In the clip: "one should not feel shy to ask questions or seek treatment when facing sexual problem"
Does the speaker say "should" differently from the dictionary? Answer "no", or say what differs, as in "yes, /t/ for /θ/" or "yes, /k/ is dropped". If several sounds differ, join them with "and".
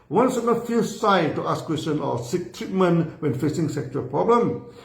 yes, /s/ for /ʃ/